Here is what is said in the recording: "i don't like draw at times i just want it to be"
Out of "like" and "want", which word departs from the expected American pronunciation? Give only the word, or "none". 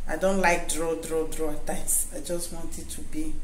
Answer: none